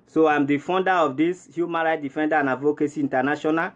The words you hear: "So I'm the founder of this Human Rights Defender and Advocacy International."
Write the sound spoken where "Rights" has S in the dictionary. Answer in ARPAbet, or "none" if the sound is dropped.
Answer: none